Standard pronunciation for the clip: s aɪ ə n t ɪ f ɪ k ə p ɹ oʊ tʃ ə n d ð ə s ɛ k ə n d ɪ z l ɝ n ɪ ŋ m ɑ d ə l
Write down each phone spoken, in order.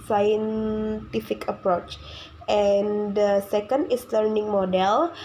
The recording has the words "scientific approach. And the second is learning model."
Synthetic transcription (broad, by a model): s aɪ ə n t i f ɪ k ə p ɹ oʊ tʃ ə n d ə s ɛ k ə n d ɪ s l ɝ n ɪ ŋ m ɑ d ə l